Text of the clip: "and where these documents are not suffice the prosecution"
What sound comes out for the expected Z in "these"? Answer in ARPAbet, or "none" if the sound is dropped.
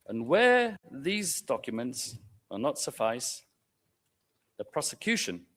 Z